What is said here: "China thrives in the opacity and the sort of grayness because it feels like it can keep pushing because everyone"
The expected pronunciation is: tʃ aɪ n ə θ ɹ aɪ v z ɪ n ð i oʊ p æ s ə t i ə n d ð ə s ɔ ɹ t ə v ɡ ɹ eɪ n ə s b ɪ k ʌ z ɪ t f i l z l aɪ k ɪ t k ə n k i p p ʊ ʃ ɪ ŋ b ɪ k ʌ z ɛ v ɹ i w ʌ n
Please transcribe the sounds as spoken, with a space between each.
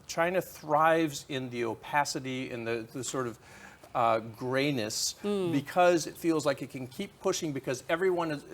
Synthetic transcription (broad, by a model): tʃ aɪ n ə θ ɹ aɪ v z ɪ n ð i oʊ p æ s ə t i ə n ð ð ə s ɔ ɹ t ə v ɡ ɹ eɪ n ə s b ɪ k ʌ z ɪ t f i l z l aɪ k ɪ t k ə n k i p p ʊ ʃ ɪ ŋ b ɪ k ʌ z ɛ v ɹ i w ʌ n